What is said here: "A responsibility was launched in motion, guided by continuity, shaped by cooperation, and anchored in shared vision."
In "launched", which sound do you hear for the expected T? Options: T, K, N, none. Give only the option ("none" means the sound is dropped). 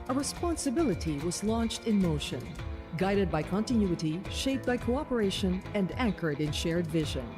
T